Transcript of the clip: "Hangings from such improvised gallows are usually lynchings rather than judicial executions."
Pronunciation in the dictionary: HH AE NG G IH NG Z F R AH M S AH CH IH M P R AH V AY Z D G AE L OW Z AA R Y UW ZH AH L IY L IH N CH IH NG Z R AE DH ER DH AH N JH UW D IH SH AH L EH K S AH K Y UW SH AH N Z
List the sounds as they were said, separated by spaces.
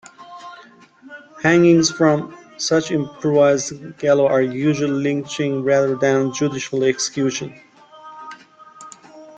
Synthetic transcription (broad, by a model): HH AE NG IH NG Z F R AH M S AH CH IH M P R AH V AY Z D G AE L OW AA R Y UW ZH AH L IY L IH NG CH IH NG R AE DH ER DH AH N JH UW D IH SH AH L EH K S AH K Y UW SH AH N